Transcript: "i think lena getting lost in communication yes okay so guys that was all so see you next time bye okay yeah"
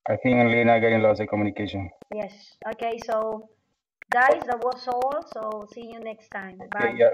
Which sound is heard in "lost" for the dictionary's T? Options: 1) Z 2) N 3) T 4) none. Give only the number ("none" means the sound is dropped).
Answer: 4